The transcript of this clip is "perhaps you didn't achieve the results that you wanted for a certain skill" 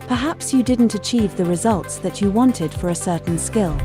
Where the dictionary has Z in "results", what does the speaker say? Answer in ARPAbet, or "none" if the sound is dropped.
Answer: Z